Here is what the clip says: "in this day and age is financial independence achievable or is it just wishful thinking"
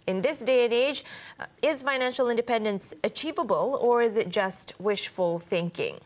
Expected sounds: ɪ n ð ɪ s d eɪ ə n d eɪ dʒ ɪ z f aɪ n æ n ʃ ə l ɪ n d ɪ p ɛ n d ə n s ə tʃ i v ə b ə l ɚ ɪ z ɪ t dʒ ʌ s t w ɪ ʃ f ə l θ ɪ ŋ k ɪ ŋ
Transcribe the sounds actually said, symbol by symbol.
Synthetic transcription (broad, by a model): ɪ n ð ɪ s d eɪ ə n eɪ dʒ ɪ z f aɪ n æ n ʃ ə l ɪ n d ɪ p ɛ n d ə n s ə tʃ i v ə b ə l ɚ ɪ z ɪ t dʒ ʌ s t w ɪ ʃ f ə l θ ɪ ŋ k ɪ ŋ